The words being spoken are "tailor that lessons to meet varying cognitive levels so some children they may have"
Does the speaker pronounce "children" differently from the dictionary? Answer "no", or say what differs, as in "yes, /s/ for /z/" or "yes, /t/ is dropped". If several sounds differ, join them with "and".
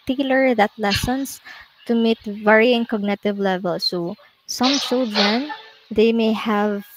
yes, /s/ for /tʃ/ and /ɹ/ is dropped